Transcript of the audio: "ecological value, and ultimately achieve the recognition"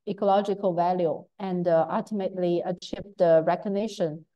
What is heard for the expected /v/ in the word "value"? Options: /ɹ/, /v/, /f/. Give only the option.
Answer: /v/